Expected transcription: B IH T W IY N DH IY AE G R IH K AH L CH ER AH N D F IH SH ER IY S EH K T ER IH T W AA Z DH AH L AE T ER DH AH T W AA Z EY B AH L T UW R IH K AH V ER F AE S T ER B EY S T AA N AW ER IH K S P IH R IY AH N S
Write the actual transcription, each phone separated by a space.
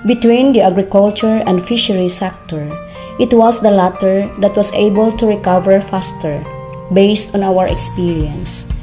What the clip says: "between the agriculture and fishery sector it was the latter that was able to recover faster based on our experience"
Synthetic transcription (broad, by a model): B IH T W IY N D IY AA G R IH K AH L CH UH AH N D F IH SH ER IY S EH K T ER IH T W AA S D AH L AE T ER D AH T W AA S EY B AH L T UW R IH K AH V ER F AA S T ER B EY S T AA N AW ER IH K S P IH R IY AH N S